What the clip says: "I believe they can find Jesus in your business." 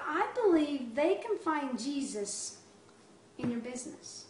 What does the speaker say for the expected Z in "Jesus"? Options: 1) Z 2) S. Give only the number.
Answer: 1